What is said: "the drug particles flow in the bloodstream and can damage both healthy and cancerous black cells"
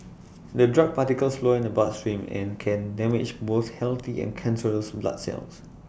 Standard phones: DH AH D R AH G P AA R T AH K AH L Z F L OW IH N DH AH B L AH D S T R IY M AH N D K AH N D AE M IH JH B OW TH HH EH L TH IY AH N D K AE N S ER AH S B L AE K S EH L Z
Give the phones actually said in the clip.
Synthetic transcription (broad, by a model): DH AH D R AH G P AA T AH K AH L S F L OW IH N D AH B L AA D S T R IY M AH N K AH N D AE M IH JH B OW S HH EH L T IY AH N K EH N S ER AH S B L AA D S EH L S